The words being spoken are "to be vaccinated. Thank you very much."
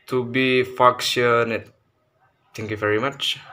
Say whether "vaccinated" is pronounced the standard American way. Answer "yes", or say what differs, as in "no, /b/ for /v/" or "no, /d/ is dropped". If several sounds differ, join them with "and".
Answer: no, /f/ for /v/